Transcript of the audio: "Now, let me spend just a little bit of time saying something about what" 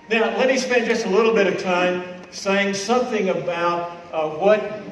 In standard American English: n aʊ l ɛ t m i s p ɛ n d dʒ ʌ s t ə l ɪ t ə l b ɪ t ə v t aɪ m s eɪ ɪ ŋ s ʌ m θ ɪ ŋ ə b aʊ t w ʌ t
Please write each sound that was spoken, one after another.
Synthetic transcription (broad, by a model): n aʊ l ɛ t m i s p ɛ n dʒ ʌ s t ə l ɪ t l b ɪ t ə v t aɪ m s eɪ ɪ ŋ s ʌ m θ ɪ ŋ ə b aʊ t w ʌ t